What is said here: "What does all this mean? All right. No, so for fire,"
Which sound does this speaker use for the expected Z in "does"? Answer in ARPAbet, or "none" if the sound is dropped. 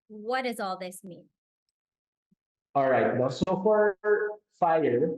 Z